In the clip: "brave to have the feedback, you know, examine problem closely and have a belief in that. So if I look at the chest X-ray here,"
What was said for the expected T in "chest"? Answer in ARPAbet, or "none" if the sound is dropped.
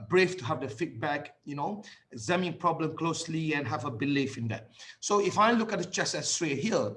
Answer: none